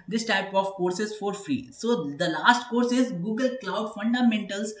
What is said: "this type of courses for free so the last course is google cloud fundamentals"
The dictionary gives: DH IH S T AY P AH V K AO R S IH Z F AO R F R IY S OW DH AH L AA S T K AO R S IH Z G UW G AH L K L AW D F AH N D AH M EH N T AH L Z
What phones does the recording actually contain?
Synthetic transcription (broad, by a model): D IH S T AY P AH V K AO R S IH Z F AO R F R IY S OW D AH L AA S T K AO R S IH Z G UW G AH L K L AW D F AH N D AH M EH N T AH L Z